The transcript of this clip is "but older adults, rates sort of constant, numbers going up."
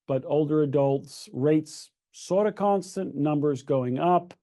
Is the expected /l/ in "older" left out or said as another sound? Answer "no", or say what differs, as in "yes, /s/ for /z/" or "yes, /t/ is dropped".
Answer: no